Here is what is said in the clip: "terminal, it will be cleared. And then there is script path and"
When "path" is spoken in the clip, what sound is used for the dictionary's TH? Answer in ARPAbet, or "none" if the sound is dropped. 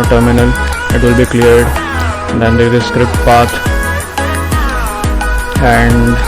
T